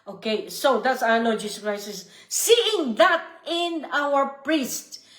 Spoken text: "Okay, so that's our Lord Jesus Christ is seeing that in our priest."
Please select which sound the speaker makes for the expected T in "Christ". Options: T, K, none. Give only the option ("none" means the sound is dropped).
none